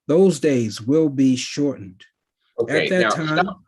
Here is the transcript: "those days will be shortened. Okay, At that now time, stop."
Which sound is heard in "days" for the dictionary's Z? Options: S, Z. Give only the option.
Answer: Z